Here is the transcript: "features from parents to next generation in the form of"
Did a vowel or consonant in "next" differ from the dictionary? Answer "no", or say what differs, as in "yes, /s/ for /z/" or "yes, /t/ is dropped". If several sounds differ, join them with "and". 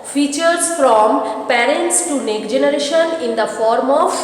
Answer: yes, /s/ is dropped